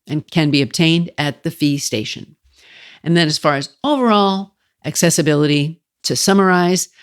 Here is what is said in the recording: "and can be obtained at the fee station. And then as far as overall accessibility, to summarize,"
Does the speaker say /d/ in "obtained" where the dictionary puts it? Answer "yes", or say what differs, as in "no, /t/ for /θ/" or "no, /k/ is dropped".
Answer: yes